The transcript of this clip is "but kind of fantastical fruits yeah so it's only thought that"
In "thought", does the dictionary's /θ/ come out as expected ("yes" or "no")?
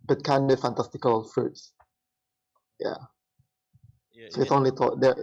no